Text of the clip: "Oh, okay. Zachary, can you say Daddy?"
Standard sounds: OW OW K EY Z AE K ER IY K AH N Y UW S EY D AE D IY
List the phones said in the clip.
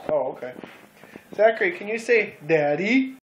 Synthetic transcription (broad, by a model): OW OW K EY S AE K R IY K AH N Y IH S EY D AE D IY